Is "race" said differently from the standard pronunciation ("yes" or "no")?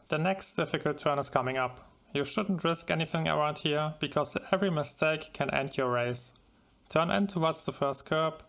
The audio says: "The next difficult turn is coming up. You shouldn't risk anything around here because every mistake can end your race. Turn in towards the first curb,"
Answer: no